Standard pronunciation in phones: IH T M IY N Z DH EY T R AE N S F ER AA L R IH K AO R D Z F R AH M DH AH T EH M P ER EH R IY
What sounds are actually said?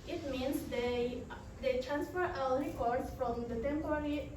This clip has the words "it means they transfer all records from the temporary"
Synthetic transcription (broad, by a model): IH T M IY N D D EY T R AE N S F ER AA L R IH K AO R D S F R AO M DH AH T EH M P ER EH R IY